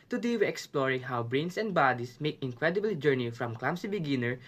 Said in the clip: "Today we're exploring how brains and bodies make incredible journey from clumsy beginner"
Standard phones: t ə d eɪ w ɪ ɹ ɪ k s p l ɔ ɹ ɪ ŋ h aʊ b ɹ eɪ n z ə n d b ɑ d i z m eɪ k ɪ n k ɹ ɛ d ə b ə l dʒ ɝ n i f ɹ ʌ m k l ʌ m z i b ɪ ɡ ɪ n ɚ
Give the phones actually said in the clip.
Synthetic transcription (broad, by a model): t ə d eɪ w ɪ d ɪ k s p l ɔ ɹ ɪ ŋ h aʊ b ɹ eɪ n s ə n d b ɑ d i s m eɪ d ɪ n k ɹ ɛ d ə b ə l dʒ ɝ n i f ɹ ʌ m k l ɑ m s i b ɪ ɡ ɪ n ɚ